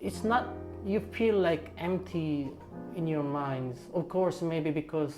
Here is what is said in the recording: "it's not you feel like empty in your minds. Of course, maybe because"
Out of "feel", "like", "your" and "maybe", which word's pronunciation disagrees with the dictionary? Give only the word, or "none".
none